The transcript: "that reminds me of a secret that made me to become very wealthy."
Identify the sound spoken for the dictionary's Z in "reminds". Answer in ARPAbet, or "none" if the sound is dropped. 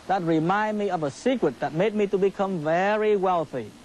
none